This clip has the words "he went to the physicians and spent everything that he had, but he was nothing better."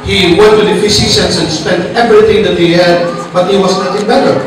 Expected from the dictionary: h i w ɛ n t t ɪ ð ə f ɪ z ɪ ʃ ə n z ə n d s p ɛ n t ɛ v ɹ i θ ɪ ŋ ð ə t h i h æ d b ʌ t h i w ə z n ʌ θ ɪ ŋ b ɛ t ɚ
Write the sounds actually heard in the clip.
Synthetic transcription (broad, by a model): h i w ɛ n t t ɪ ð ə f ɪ s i s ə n s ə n s p ɛ n t ɛ v ɹ i θ ɪ ŋ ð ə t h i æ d b ʌ t h i w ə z n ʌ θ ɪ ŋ b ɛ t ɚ